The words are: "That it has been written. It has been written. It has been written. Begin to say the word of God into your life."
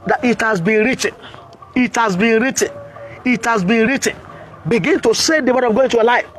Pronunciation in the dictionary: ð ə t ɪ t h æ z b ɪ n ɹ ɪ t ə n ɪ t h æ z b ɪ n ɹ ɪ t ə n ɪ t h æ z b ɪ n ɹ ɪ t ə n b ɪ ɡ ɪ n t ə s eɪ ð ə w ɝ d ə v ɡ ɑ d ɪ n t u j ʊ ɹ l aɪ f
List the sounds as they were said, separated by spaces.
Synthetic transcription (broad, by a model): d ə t ɪ t h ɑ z b ɪ n ɹ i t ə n ɪ t h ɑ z b ɪ n ɹ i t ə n ɪ t h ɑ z b ɪ n ɹ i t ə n b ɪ ɡ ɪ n t ə s eɪ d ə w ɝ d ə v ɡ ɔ ɪ n t u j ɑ l aɪ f